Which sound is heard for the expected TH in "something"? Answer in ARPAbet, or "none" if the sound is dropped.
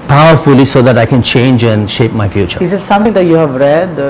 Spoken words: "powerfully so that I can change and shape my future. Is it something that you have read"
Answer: T